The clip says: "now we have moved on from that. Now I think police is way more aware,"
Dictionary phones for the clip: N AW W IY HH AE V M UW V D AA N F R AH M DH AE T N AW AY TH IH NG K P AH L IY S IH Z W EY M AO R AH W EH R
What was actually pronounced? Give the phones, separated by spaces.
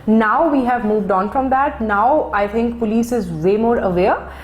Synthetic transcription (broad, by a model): N AW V IY HH AE V M UW V D AA N F R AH M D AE T N AW AY T IH NG K P AH L IY S IH Z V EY M AO R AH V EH R